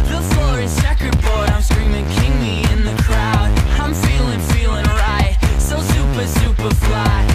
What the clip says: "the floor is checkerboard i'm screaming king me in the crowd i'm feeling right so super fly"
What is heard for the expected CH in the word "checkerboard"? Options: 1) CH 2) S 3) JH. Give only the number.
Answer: 2